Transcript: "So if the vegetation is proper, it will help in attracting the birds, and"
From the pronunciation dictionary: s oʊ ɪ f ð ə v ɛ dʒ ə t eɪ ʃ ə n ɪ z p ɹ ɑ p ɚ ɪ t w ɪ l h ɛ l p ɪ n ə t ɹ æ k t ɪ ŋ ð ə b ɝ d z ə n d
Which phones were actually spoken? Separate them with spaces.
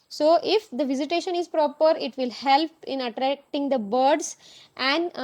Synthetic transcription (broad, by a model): s oʊ ɪ f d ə v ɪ z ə t eɪ ʃ ə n ɪ z p ɹ ɑ p ɚ ɪ t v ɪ l h ɛ l p ɪ n ə t ɹ æ k t ɪ ŋ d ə b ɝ d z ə n d